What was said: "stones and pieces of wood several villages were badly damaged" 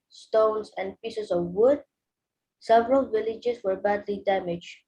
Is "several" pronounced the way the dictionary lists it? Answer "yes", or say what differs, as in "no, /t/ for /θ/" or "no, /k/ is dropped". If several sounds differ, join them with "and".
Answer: yes